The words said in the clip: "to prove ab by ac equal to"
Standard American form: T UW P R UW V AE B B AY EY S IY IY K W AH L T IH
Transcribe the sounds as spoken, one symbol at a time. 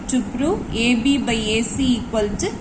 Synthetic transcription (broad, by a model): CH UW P R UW EH B B AY EY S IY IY K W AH L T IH